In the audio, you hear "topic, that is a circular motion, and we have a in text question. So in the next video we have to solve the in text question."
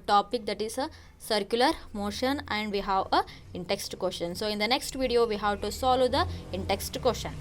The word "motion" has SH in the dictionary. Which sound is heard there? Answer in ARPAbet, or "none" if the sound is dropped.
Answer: SH